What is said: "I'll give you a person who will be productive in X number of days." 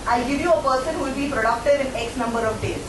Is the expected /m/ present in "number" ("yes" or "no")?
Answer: yes